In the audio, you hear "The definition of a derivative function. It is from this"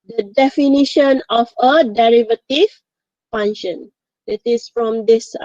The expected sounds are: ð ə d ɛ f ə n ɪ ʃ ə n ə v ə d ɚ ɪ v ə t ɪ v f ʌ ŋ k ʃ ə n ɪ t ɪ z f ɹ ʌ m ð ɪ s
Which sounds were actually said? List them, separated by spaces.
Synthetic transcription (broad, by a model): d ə d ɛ f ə n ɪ ʃ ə n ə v ə d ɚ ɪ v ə t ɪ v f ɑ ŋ ʃ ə n ɪ t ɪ s f ɹ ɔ m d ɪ s